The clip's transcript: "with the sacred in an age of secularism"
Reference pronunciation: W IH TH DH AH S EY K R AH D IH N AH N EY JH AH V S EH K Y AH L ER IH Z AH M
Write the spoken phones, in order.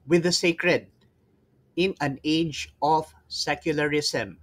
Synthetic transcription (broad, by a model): W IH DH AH S EY K R AH D IH N AH N EY JH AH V S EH K Y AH L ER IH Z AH M